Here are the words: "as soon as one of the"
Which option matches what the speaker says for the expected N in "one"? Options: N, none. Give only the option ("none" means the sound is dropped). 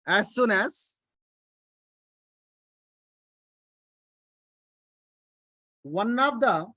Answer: N